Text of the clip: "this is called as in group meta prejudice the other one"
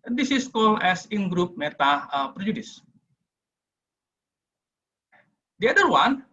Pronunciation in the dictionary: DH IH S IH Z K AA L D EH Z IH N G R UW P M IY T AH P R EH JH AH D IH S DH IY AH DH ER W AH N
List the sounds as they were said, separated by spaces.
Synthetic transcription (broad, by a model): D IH S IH S K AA L EH S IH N G R UW P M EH T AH P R JH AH D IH S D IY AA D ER W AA N